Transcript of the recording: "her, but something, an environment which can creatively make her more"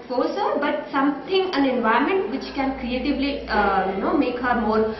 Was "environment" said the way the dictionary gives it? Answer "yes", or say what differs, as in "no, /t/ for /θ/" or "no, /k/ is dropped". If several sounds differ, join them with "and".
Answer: no, /ɹ/ is dropped